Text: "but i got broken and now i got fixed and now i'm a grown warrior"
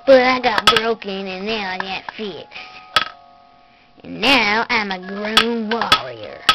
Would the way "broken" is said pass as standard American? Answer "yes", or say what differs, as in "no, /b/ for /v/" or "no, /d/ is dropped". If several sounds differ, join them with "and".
yes